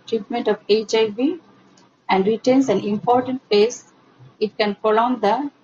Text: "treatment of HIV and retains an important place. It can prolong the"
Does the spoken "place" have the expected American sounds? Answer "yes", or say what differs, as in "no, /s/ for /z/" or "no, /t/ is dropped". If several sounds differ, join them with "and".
no, /l/ is dropped